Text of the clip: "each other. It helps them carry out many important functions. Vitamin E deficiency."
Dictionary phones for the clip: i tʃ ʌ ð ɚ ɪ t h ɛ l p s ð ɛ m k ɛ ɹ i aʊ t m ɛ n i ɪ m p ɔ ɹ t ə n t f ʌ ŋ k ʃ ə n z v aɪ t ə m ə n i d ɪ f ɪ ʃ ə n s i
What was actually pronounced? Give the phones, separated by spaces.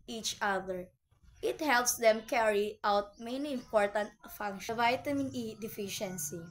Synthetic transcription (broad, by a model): i tʃ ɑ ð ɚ ɪ t h ɛ l p s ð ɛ m k ɛ ɹ i aʊ t m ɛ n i ɪ m p ɔ ɹ t ə n t f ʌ ŋ k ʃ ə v aɪ t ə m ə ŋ i d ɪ f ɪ ʃ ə n s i